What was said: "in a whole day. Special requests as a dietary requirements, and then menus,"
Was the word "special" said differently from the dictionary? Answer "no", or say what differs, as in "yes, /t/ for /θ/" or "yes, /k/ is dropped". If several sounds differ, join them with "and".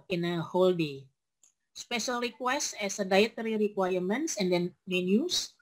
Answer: no